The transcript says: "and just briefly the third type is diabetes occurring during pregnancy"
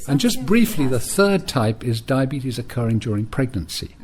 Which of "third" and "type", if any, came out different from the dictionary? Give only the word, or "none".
none